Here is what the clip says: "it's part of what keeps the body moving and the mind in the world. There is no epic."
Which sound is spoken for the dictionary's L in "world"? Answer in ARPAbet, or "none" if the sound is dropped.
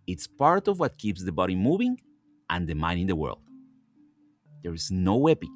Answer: L